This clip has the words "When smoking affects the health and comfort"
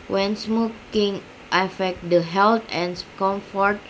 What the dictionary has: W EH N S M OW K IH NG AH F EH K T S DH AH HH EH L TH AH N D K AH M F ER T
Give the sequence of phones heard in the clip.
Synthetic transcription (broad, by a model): W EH N S M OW K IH NG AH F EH K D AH HH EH L T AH N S K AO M F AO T